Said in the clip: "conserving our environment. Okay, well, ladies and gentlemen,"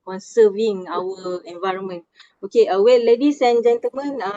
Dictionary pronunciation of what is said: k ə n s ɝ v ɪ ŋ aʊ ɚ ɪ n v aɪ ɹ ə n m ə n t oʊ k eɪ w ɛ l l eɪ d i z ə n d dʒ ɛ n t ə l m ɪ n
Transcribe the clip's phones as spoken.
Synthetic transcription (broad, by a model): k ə n s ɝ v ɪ ŋ aʊ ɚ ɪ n v aɪ ɹ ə n m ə n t oʊ k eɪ w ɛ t l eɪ d i s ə n dʒ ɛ n t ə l m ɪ n